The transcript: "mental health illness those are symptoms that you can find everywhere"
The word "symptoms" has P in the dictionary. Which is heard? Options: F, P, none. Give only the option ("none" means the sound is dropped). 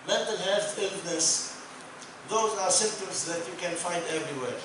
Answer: none